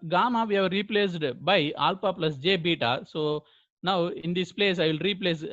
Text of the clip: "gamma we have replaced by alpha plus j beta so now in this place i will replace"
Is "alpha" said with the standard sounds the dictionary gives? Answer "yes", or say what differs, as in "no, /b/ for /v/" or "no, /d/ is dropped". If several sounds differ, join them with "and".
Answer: no, /p/ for /f/